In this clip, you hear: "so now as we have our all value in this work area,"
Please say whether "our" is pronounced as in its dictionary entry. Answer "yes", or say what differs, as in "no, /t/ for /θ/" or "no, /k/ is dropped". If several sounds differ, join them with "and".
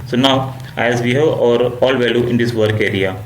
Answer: yes